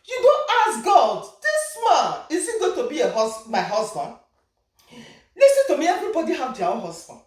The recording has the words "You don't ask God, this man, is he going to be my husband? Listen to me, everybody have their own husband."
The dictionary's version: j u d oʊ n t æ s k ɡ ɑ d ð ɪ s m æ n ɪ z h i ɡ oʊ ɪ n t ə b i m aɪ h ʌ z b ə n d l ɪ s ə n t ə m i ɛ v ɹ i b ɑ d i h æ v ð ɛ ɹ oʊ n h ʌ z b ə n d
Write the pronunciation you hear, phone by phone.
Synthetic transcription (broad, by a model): j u d oʊ n t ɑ s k ɡ ɑ d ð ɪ s m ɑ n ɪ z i ɡ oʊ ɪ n t ə b i m aɪ h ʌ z b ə n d l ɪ s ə n t ə m i ɛ v ɹ i b ɑ d i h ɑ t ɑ w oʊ h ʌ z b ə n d